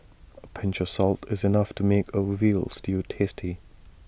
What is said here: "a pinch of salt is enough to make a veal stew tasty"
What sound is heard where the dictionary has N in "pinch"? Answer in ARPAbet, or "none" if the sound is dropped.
N